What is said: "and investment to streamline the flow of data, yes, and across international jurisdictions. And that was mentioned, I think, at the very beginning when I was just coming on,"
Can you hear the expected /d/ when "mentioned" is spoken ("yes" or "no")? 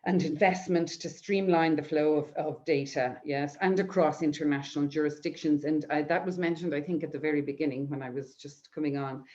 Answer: yes